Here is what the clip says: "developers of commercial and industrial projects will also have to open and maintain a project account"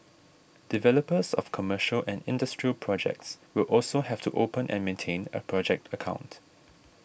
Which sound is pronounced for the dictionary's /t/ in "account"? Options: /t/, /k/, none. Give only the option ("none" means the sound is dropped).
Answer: /t/